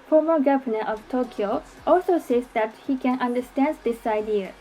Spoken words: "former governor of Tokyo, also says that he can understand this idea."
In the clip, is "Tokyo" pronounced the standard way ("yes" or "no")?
yes